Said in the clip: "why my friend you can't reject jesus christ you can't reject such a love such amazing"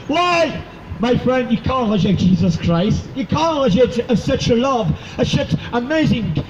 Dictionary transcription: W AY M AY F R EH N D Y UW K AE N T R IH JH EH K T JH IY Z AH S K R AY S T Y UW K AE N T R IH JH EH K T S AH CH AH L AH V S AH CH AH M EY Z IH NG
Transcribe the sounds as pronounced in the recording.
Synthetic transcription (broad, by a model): W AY M AY F R EH N D Y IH K AE N T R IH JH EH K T JH IY Z AH S K R AY S T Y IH K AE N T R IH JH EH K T S AH CH AH L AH V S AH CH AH M EY Z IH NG